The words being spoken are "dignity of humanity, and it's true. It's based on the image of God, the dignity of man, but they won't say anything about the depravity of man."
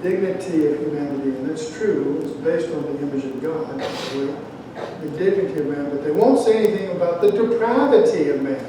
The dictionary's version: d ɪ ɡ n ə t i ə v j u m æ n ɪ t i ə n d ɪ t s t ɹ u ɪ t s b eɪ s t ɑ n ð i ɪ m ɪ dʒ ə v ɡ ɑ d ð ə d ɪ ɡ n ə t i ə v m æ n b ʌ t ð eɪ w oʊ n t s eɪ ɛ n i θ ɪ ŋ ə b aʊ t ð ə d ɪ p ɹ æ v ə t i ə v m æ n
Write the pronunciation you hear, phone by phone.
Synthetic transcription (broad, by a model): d ɪ ɡ n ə t i ə v j u m æ n ɪ t i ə n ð ɪ t s t ɹ u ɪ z b eɪ s t n ð i ɪ m ɪ dʒ ə v ɡ ɑ d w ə d ɪ ɡ n ə t i ə v m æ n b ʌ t ð eɪ w oʊ n t s eɪ ɛ n i θ ɪ ŋ ə b aʊ t ð ə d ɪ p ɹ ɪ v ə t i ə v m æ n